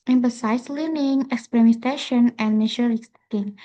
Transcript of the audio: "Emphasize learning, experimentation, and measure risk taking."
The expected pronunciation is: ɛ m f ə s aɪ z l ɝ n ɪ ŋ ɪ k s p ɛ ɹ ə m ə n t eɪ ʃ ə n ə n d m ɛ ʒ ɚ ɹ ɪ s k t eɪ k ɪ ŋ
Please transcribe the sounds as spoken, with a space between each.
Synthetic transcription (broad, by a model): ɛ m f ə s aɪ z l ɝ n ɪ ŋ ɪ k s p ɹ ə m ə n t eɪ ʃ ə n ə n d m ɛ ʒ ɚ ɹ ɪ k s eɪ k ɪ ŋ